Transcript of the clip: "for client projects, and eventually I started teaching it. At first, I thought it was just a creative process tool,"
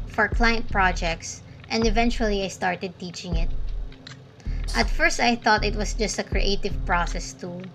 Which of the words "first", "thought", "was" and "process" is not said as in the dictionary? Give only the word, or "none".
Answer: was